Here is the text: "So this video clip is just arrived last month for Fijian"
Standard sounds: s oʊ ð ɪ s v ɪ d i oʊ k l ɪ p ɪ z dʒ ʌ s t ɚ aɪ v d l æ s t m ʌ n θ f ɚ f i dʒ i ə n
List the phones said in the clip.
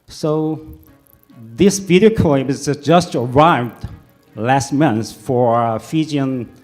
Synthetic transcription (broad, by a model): s oʊ ð ɪ s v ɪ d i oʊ k ɔ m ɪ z dʒ ʌ s t ɚ aɪ v d l æ s t m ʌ n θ f ɚ f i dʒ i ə n